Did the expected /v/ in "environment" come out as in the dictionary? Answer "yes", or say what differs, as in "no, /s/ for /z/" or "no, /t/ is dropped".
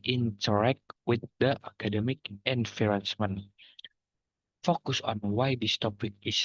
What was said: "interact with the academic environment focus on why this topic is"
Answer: no, /f/ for /v/